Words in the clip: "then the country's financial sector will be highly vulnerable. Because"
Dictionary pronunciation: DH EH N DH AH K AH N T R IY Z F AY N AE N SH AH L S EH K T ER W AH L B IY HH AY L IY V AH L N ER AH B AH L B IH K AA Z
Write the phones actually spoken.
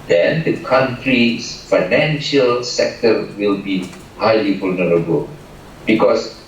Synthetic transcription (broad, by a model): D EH N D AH K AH N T R IY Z F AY N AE N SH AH L S EH K T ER W AH L B IY HH AY L IY F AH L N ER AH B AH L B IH K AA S